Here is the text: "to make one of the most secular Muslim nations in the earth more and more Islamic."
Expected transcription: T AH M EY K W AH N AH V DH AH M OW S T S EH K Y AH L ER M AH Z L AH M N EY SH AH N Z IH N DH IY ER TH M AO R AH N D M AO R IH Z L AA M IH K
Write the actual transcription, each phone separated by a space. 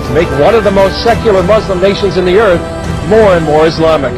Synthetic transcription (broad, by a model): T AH M EY K W AH N AH V DH AH M OW S T S EH K Y L ER M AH Z L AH M N EY SH AH N Z IH N DH IY ER TH M AO R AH N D M AO R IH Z L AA M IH K